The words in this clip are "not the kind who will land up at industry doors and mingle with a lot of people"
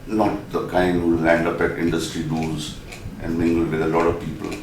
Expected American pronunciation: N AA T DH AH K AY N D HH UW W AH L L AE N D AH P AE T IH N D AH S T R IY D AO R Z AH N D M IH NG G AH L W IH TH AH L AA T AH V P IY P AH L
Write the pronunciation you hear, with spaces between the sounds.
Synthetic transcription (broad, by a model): N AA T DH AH K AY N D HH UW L L AE N D AH P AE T IH N D AH S T R IY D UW L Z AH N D M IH NG G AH L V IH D AH L AA T AH V P IY P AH L